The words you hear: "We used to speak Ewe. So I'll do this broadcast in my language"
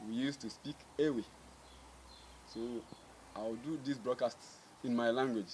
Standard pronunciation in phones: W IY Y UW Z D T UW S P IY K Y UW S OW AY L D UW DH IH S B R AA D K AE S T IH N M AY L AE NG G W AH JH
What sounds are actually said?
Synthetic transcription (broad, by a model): W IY Y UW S T UW S P IY K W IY S OW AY W D UW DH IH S B R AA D K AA S T IH N M AY L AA NG G W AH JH